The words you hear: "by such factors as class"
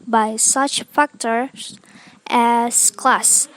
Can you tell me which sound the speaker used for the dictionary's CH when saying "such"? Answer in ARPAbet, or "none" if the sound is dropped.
CH